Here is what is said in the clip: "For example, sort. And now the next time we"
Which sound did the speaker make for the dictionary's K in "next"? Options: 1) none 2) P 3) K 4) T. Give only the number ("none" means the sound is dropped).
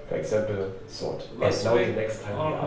3